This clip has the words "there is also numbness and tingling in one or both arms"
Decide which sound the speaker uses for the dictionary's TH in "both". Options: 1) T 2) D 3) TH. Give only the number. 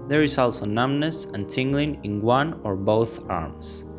3